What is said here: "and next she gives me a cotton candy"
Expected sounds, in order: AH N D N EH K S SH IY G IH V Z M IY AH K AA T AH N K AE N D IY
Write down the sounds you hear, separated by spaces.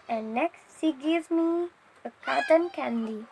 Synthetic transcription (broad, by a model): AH N D N EH K S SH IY G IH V M IY AH K AA T AH N K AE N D IY